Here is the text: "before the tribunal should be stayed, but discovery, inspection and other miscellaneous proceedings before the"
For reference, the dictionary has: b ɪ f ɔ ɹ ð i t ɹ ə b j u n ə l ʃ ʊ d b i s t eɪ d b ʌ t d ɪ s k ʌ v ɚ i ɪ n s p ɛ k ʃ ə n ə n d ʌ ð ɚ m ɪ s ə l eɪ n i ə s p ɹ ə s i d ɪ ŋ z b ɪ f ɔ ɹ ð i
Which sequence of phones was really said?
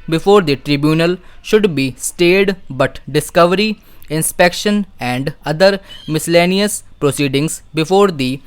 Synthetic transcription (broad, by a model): b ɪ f ɔ ɹ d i t ɹ ə b j u n ə l ʃ ʊ d b i s t eɪ d b ʌ t d ɪ s k ʌ v ɚ i ɪ n s p ɛ k ʃ ə n ə n d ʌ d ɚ m ɪ s ə l eɪ n i ə s p ɹ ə s i d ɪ ŋ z b ɪ f ɔ ɹ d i